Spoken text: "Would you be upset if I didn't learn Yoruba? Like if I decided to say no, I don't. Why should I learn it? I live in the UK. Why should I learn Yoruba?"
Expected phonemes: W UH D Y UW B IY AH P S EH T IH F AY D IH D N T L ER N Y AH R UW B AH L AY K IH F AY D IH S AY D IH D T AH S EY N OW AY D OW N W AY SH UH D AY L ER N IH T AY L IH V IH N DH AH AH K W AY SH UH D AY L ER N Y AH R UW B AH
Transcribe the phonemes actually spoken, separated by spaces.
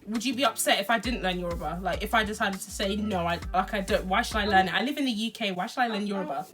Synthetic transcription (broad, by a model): W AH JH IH B IY AH P S EH T IH F AY D IH D N T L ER N Y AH R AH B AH L AY K IH F AY D IH S AY D IH D T AH S EY N OW AY D OW N W AY SH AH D AY L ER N IH T AY L IH V IH N DH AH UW K W AY SH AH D AY L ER N Y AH R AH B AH